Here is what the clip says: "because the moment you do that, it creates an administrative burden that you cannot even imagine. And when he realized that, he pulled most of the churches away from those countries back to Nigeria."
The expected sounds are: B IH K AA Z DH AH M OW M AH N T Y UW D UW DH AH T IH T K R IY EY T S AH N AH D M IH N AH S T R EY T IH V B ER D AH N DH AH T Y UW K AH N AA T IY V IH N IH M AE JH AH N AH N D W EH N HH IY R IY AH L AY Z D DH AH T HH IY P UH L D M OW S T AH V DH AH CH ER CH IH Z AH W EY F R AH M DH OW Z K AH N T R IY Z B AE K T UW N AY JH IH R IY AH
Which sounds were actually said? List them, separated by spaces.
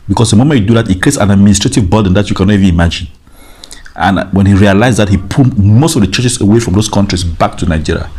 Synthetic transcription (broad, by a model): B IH K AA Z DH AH M OW M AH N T Y UW D UW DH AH T IH T K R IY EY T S AH N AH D M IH N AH S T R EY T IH V B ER D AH N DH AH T Y UW K AH N AA T IY V IH N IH M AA JH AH N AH N W EH N HH IY R IY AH L AY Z DH AH T HH IY P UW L M OW S T AH V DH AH CH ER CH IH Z AH W EY F R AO M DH OW S K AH N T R IY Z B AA K T UW N AY JH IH R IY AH